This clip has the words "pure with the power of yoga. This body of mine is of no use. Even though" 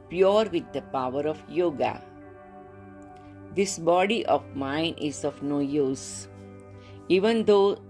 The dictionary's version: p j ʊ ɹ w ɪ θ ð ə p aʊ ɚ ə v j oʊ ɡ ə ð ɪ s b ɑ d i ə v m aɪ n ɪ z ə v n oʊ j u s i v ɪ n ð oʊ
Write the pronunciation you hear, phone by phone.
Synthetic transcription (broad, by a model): p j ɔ ɹ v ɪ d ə p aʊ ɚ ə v j oʊ ɡ ə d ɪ s b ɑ d i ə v m aɪ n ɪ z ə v n oʊ j u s i v ɪ n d oʊ